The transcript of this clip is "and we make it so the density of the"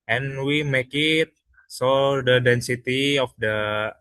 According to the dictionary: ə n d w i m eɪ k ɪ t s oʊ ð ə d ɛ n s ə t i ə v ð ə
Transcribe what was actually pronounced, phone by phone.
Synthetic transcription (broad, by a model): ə n w i m eɪ k ɪ t s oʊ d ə d ɛ n s ə t i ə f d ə